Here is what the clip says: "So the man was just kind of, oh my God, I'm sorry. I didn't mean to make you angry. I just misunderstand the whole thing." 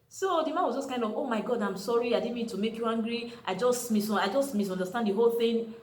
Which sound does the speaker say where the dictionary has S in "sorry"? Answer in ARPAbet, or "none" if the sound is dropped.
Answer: S